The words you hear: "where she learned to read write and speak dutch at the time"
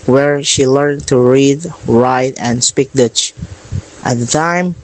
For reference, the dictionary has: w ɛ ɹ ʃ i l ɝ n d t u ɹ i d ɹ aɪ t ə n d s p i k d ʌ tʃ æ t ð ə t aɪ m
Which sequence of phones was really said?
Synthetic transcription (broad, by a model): w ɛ ɹ ʃ i l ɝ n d t u ɹ i d ɹ aɪ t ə n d s p i k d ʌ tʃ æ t ð ə t aɪ m